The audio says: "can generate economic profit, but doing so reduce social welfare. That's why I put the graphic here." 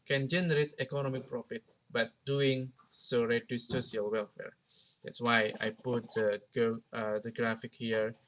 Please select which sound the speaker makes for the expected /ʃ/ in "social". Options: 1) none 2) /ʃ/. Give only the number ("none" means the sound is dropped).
1